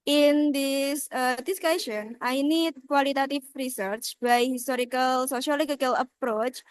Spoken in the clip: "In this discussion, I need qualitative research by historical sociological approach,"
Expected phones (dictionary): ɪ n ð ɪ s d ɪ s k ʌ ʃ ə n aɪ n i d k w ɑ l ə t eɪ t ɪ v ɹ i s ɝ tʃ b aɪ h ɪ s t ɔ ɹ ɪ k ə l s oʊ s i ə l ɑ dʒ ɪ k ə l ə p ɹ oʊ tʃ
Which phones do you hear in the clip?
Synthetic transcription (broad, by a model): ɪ n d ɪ s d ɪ s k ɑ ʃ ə n aɪ n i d k w ɑ l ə t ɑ t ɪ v ɹ i s ɝ tʃ b aɪ h ɪ s t ɔ ɹ ɪ k ə l s oʊ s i l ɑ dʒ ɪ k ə l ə p ɹ oʊ tʃ